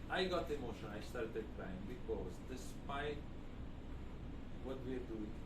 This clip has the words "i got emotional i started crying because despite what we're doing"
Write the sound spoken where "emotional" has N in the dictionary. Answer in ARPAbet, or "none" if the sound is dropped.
none